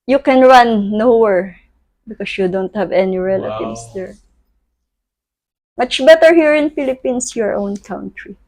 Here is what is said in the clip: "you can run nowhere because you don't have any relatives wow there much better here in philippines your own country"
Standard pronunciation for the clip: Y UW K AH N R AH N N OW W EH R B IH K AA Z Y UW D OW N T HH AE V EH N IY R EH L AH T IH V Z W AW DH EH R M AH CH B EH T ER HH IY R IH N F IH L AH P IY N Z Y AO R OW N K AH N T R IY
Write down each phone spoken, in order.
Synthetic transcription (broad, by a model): Y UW K AH N R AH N N OW W EH R B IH K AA S Y UW D OW N T HH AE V EH N IY R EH L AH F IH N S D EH R M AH CH B EH T ER HH IY R IH N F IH L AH P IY N S Y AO R OW N K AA N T R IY